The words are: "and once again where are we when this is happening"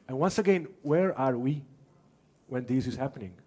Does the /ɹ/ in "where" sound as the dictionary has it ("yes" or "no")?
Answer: yes